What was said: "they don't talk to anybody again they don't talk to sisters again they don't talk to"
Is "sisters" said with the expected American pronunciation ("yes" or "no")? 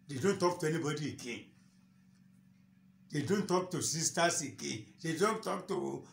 no